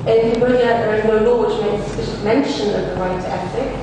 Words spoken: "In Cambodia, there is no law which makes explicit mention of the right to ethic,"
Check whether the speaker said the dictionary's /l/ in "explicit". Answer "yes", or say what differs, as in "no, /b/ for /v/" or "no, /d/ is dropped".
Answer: no, /l/ is dropped